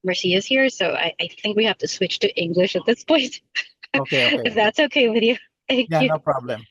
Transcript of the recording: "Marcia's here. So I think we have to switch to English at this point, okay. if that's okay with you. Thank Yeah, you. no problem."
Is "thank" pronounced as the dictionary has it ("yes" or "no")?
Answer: yes